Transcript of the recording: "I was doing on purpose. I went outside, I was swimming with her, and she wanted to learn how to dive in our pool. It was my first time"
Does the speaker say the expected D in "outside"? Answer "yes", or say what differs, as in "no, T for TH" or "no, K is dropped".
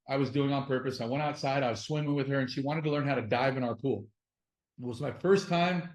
yes